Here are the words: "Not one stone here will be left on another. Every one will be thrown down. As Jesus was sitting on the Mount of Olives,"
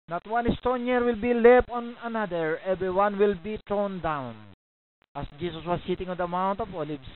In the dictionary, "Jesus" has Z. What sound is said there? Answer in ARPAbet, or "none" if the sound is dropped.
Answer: S